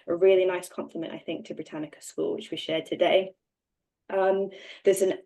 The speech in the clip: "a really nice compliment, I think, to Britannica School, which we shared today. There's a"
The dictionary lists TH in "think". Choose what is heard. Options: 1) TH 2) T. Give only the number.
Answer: 1